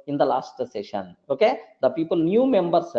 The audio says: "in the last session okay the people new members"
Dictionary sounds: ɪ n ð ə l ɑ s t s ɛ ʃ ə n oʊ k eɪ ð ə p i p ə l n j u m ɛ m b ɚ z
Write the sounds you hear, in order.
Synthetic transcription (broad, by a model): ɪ n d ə l ɑ s t s ɛ ʃ ə n oʊ k eɪ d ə p i p ə l n j u m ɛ m b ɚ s